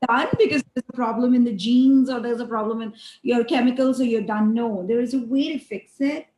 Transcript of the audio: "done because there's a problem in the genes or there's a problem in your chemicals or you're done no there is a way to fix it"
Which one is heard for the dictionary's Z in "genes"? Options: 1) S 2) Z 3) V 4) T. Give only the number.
2